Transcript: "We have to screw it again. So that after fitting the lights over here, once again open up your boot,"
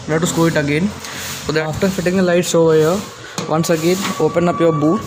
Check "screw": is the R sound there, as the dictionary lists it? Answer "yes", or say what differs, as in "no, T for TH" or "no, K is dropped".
no, R is dropped